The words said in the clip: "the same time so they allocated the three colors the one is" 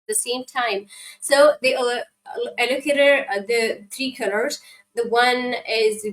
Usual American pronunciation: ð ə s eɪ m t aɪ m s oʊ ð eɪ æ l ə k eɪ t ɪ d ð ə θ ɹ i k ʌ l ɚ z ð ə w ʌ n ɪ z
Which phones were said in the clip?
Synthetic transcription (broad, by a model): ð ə s eɪ m t aɪ m s oʊ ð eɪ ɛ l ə k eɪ t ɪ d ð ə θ ɹ i k ʌ l ɚ z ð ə w ʌ n ɪ z